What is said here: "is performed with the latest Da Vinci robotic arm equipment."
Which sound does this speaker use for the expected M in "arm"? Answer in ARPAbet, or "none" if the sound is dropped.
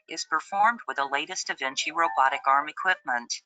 M